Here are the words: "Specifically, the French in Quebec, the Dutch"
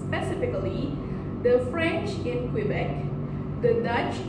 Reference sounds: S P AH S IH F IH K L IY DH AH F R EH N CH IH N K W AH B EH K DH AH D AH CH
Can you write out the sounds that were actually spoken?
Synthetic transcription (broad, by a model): P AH S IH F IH K L IY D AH F R EH N CH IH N K W AH B EH K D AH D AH CH